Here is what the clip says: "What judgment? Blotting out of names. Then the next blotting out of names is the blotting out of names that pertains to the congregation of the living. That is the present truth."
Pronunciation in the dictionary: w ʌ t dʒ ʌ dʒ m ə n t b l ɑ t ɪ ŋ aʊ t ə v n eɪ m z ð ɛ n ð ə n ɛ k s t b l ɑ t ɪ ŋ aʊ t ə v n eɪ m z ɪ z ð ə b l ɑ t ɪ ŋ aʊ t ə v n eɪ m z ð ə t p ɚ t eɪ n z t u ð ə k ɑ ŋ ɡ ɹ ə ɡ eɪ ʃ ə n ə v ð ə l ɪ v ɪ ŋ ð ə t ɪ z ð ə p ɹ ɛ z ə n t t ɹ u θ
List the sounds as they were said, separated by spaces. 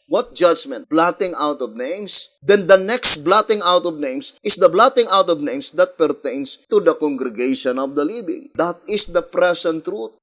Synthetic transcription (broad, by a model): w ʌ t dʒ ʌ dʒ m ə n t b l ɑ t ɪ ŋ aʊ t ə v n eɪ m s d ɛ n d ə n ɛ k s t b l ɑ t ɪ ŋ aʊ t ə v n eɪ m s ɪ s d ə b l ɑ t ɪ ŋ aʊ t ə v n eɪ m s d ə t p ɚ t eɪ n s t u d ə k ɑ ŋ ɡ ɹ ə ɡ eɪ ʃ ə n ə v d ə l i b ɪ ŋ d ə t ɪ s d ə p ɹ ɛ s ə n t t ɹ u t